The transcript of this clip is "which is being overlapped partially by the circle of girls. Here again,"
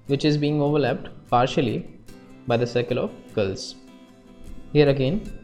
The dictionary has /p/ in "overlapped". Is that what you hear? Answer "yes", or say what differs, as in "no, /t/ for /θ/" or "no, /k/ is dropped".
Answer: yes